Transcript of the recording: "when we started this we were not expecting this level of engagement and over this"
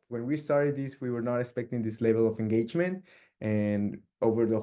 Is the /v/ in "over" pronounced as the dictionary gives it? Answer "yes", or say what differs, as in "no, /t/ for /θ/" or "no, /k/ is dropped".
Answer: yes